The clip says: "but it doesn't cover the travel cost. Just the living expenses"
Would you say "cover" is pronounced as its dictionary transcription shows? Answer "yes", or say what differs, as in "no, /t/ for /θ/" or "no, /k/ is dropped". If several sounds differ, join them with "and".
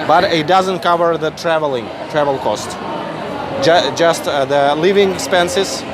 yes